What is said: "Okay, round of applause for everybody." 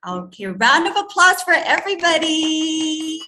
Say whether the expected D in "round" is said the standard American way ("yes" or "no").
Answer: yes